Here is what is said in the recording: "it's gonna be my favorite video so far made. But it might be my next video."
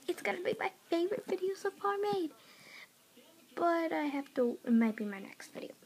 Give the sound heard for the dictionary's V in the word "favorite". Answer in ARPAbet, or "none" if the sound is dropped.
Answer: V